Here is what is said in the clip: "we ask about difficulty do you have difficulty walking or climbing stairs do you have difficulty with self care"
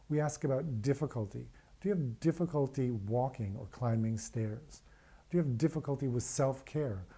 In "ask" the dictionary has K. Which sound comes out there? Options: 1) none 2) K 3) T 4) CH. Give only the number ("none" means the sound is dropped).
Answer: 2